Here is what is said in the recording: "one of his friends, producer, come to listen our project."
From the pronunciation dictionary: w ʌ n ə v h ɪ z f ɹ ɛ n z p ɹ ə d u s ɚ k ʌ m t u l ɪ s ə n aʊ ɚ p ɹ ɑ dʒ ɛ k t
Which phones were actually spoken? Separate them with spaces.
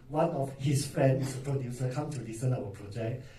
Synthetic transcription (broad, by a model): w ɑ n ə f h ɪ s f ɹ ɛ n s p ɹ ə d u s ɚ k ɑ m t u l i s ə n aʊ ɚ p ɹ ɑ dʒ ɛ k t